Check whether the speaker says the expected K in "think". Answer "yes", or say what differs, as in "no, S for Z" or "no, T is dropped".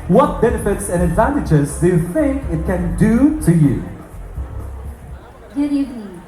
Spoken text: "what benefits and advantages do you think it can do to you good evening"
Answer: yes